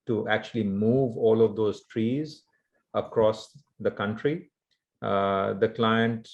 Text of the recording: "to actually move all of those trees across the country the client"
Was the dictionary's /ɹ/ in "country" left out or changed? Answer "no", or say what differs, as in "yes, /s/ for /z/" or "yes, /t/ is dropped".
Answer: no